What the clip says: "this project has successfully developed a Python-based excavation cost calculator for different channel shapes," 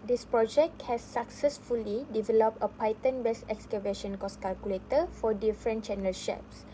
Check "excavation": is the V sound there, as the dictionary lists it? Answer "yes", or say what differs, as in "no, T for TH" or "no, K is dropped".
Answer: yes